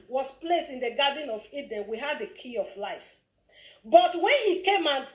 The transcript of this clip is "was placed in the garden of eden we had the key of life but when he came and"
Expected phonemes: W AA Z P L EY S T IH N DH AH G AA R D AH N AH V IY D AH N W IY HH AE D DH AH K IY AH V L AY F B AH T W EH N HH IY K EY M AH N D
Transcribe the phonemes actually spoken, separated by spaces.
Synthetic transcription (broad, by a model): W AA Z P L EY S T IH N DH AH G AA D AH N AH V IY D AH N W IY HH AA D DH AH K IY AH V L AY F B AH T W EH N HH IY K EY M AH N